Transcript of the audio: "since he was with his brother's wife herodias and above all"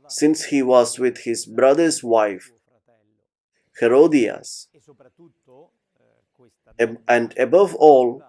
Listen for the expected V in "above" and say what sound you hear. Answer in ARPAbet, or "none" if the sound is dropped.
V